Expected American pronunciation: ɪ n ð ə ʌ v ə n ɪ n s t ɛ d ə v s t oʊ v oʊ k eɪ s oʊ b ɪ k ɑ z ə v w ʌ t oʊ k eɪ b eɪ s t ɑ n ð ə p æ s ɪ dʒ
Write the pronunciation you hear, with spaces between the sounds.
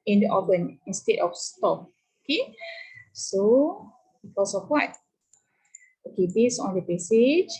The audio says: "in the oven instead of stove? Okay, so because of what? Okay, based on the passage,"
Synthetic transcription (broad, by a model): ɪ n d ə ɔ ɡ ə n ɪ n s t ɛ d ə f s t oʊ p oʊ k eɪ s oʊ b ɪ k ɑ s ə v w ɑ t oʊ k eɪ b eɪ s ɑ n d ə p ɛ s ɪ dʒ